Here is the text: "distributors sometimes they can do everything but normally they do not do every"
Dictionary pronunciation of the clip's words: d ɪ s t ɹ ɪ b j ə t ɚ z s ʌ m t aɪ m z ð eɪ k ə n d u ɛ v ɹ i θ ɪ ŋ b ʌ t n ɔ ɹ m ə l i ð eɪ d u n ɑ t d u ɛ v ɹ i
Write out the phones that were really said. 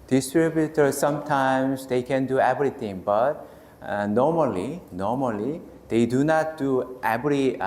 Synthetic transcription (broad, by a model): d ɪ s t ɹ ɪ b j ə t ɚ s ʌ m t aɪ m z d eɪ k ə n d u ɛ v ɹ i t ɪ ŋ b ʌ t n ɔ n m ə l i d eɪ d u n ɑ t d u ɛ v ɹ i